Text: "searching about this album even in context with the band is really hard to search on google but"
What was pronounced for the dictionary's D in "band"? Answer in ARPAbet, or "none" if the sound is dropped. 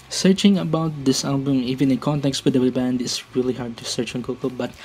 D